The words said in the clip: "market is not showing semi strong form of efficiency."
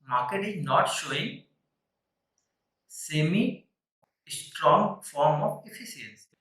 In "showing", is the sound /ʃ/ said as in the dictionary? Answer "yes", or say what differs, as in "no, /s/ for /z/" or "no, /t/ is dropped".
yes